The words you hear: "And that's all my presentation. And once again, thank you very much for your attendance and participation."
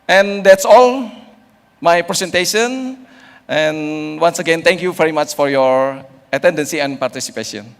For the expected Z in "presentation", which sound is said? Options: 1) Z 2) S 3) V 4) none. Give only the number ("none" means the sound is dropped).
2